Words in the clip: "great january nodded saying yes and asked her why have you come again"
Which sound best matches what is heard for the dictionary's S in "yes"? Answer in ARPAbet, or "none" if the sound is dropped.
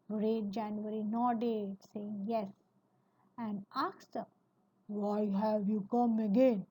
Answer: S